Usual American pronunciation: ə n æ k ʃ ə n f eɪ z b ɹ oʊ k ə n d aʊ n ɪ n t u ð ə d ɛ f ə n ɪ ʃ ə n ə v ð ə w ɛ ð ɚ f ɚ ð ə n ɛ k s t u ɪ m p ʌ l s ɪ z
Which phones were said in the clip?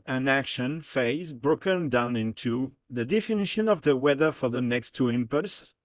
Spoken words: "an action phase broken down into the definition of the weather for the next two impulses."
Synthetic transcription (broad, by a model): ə n æ k ʃ ə n f eɪ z b ɹ oʊ k ə n d aʊ n ɪ n t u ð ə d ɛ f ə n ɪ ʃ ə n ə v ð ə w ɛ ð ɚ f ɚ ð ə n ɛ k s t u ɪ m p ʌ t s